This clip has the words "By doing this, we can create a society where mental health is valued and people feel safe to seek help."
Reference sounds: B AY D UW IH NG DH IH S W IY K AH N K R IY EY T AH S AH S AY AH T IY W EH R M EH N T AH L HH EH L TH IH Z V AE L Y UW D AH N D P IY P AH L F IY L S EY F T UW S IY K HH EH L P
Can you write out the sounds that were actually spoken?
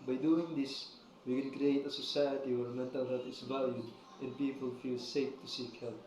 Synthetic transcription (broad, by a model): B AY D UW IH NG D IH S W IY K AH N K R IY EY T AH S AH S AY AH T IY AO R M EH N T AH L HH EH L T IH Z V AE L Y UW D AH N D P IY P AH L F IY L S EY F T UW S IY K HH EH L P